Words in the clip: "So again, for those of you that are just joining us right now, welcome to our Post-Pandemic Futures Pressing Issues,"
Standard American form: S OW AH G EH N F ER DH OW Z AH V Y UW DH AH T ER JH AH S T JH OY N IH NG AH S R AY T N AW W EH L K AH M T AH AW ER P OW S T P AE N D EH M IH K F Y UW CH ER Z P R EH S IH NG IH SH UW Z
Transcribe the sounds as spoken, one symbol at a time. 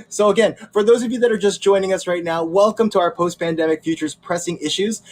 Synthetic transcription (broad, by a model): S OW AH G EH N F ER DH OW Z AH V Y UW DH AH T ER JH AH S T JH OY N IH NG AH S R AY T N AW W EH L K AH M T AH AW ER P OW S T P AE N D EH M IH K F Y UW CH ER Z P R EH S IH NG IH SH UW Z